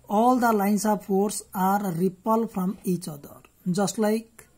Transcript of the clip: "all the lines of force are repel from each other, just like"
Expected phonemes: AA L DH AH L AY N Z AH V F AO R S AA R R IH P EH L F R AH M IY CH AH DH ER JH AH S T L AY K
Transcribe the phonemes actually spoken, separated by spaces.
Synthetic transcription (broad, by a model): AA L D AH L AY N S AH B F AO R S AA R R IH P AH L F R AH M IY CH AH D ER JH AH S T L AY K